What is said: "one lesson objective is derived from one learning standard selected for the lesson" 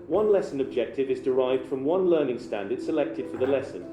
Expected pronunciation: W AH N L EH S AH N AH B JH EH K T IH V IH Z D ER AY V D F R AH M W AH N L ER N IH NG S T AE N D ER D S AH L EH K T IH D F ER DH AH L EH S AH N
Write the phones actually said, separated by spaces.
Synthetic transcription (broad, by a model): W AH N L EH S AH N AH B JH EH K T IH V IH Z D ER AY V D F R AH M W AH N L ER N IH NG S T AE N D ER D S AH L EH K T IH D F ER DH AH L EH S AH N